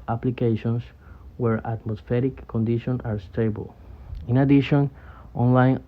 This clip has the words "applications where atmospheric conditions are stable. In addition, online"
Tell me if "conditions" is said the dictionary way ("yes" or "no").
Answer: no